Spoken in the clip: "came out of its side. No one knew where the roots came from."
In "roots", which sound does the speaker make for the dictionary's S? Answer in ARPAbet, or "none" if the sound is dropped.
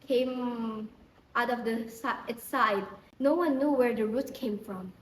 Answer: none